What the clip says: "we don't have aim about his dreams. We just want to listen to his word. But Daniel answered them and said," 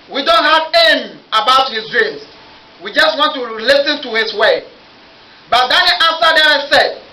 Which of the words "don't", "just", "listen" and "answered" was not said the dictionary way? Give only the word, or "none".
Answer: answered